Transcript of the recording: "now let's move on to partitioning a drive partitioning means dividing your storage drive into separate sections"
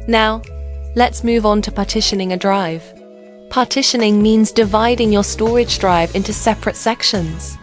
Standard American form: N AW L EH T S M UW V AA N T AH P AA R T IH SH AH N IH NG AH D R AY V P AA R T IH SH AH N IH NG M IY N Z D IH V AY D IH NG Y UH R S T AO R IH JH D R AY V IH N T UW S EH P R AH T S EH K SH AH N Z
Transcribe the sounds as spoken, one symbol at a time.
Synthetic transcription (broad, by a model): N AW L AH T S M UW V N T AH P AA T IH SH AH N IH NG AH D R AY V P AA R T IH SH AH N IH NG M IY N Z D IH V AY D IH NG Y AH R S T AO R IH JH D R AY V IH N T UW S EH P R AH T S EH K SH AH N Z